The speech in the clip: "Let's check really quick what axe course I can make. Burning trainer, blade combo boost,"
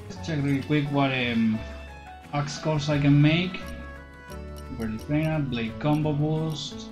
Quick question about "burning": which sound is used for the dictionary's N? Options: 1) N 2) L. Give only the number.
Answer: 2